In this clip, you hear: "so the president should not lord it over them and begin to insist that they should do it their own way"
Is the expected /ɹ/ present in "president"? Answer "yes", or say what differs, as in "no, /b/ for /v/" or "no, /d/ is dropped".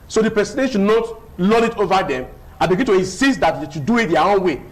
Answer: no, /ɹ/ is dropped